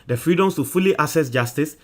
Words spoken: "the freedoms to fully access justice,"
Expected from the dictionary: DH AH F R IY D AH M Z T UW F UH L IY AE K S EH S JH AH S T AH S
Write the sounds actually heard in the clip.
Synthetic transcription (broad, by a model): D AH F R IY D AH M S T UW F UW L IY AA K S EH S JH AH S T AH S